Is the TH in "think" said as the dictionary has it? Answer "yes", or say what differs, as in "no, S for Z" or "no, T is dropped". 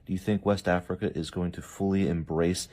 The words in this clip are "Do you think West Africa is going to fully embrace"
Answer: yes